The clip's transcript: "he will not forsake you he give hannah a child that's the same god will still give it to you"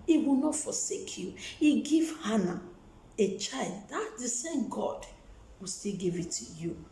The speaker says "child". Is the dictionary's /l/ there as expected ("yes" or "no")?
yes